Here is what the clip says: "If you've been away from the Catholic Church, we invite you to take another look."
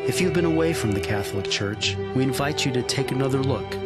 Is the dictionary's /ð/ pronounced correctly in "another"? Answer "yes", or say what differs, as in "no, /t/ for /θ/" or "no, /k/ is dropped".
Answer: yes